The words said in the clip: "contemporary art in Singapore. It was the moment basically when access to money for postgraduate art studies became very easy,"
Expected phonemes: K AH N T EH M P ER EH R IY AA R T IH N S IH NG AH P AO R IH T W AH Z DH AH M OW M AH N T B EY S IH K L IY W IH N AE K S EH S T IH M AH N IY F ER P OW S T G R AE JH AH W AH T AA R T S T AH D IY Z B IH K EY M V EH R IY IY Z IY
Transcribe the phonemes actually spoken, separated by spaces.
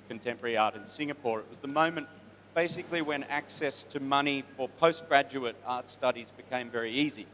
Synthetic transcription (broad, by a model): K N T EH M P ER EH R IY AA R T IH N S IH NG AH P AO R IH T W AH Z DH AH M OW M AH N B EY S IH K L IY W IH N AE K S EH S T IH M AH N IY F ER P OW S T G R AE JH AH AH T AA R T S T AH D IY Z B IH K EY M V EH R IY IY Z IY